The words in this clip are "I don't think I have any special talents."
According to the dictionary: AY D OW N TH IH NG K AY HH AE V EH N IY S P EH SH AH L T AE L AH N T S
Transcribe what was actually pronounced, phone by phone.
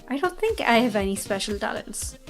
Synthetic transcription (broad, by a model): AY D OW N TH IH NG K AY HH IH V EH N IY S P EH SH AH L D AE L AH N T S